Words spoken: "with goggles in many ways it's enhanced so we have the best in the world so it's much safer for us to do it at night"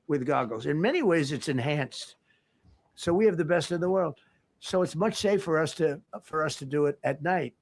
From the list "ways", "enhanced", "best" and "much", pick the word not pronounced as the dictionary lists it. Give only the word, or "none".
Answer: none